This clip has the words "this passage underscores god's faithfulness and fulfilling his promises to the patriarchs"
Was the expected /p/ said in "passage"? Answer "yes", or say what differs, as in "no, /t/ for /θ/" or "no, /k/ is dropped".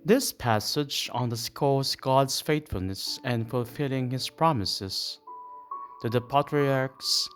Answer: yes